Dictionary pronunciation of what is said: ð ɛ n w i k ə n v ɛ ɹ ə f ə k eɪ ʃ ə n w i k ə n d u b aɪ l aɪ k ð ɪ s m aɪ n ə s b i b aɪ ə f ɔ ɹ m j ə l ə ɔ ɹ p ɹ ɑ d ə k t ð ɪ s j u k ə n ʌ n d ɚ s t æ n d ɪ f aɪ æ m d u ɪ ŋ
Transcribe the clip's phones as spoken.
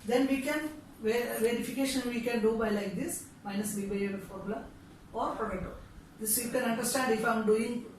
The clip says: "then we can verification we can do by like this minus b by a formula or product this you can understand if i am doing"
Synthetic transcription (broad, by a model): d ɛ n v i k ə n v ɛ ɹ ə f ə k eɪ ʃ ə n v i k ə n d u b aɪ l aɪ k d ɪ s m aɪ n ə s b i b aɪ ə f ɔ ɹ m l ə ɔ ɹ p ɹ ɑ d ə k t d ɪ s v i k ə n ʌ n d ɚ s t æ n d ɪ f aɪ m d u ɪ ŋ